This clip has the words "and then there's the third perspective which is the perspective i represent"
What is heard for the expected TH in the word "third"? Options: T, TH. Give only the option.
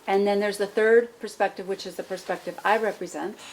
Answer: TH